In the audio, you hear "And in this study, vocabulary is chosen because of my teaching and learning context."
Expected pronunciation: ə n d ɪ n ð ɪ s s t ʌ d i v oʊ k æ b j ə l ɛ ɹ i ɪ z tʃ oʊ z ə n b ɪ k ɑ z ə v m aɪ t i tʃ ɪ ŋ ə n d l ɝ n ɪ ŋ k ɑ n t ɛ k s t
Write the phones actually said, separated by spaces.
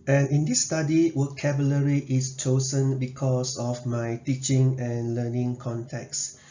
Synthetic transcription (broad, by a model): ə n ɪ n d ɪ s s t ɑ d i w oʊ k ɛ b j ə l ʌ ɹ i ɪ s tʃ oʊ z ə n b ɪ k ɑ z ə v m aɪ t i tʃ ɪ ŋ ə n l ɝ n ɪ ŋ k ɑ n t ɛ k s